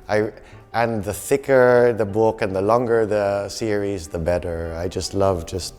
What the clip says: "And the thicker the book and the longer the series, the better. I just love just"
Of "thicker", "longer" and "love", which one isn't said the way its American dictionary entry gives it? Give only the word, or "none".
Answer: none